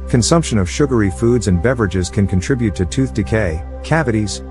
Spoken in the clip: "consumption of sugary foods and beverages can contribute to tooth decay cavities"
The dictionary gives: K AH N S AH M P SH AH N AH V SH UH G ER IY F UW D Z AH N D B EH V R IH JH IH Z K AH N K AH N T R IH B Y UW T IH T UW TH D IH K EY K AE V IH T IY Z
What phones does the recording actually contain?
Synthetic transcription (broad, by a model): K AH N S AH M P SH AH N AH V SH UH G ER IY F UW D Z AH N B EH V R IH JH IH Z K AH N K AH N T R IH B Y UW T IH T UW TH D IH K EY K AE V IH T IY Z